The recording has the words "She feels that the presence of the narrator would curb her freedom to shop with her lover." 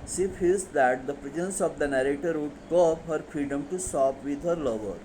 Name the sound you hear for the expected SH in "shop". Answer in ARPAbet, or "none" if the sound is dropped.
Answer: S